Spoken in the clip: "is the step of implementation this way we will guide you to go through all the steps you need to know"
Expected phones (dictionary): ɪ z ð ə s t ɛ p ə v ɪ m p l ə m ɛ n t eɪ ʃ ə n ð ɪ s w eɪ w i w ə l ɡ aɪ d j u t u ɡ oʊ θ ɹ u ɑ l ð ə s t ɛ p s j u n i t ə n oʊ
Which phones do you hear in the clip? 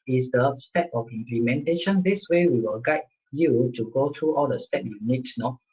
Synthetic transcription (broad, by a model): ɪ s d ə s t ɛ p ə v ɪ m p l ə m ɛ n t eɪ ʃ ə n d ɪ s w eɪ w i w ə l ɡ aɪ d j u t u ɡ oʊ t ɹ u ɑ l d ə s t ɛ p j u n i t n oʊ